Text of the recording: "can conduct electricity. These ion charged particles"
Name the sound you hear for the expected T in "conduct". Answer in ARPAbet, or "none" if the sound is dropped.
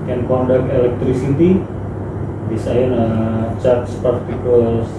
none